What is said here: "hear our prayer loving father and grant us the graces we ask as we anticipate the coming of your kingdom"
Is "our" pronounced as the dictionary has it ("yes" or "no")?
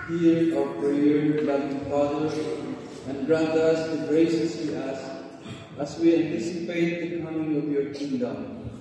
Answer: no